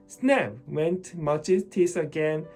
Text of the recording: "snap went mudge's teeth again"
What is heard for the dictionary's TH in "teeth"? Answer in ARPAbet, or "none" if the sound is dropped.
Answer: S